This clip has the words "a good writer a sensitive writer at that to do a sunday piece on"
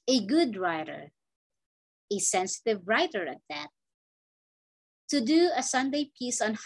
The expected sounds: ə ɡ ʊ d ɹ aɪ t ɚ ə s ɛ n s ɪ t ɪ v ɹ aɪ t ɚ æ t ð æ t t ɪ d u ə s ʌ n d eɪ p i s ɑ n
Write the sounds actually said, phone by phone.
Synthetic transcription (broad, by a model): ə ɡ ʊ d ɹ aɪ t ɚ ə s ɛ n s ɪ t ɪ v ɹ aɪ t ɚ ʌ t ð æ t t ɪ d u ə s ʌ n d eɪ p i s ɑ n